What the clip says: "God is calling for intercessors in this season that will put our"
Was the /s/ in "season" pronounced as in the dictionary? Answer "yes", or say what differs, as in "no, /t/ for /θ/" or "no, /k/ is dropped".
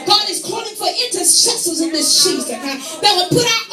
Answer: no, /ʃ/ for /s/